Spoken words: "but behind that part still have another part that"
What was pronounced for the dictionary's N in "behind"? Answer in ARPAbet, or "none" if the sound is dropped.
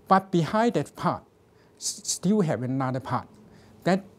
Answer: none